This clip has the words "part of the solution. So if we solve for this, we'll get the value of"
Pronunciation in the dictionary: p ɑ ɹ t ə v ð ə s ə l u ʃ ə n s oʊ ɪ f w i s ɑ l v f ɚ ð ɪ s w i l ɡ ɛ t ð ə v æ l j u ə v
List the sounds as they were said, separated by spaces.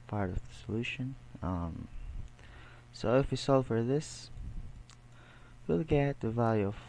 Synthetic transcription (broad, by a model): p ɑ ɹ t ə v ð ə s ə l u ʃ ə n s oʊ ɪ f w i s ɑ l f ɚ ð ɪ s w i l ɡ ɛ t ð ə v æ l j u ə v